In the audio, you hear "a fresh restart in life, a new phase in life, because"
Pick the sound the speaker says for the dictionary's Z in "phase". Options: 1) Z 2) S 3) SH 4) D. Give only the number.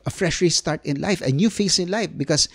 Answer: 2